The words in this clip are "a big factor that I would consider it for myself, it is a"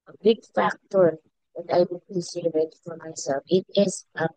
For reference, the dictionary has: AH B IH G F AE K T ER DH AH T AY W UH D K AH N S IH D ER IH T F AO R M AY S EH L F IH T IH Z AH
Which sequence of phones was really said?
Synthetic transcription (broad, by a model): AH B IH G F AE K T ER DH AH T AY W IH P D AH S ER IH T F AO R M AY S EH L F IH T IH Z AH